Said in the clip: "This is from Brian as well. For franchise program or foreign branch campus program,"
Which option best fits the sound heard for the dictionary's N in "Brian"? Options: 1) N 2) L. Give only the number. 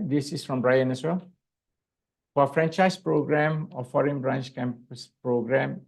1